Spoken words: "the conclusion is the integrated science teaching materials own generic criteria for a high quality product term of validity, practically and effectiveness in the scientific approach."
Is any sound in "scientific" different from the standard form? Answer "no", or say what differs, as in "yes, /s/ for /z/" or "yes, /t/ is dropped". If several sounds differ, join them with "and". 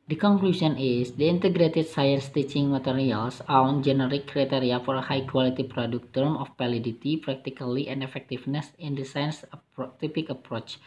yes, /p/ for /f/